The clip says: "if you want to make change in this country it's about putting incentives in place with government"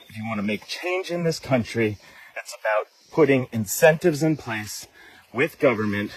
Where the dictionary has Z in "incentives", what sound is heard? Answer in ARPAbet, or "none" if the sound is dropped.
Z